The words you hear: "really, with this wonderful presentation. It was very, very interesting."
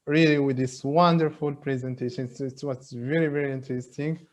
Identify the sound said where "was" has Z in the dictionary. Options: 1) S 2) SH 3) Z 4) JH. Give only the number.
1